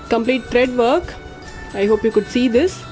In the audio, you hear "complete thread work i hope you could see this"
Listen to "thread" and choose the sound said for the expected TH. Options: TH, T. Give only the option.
T